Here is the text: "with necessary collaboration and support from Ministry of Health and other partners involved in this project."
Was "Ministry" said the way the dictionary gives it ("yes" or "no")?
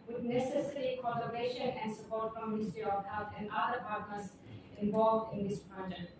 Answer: no